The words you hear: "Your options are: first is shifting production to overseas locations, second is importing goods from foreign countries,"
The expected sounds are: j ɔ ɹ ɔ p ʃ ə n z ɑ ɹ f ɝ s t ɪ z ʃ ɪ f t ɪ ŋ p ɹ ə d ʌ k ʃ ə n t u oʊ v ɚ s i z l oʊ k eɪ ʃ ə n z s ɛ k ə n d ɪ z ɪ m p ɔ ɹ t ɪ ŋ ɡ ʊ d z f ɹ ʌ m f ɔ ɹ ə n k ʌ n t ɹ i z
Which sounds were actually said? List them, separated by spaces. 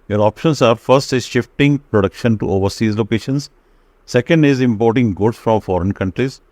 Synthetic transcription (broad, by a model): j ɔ ɹ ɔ p ʃ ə n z ɑ ɹ f ɝ s t ɪ z ʃ ɪ f t ɪ ŋ p ɹ ə d ʌ k ʃ ə n t u oʊ v ɚ s i z l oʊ k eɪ ʃ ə n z s ɛ k ə n d ɪ z ɪ m p ɔ ɹ t ɪ ŋ ɡ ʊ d s f ɹ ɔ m f ɔ ɹ ə n k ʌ n t ɹ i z